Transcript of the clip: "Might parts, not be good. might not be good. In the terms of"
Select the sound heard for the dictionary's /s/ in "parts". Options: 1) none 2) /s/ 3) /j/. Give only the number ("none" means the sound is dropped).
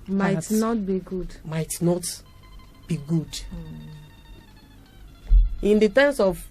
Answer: 1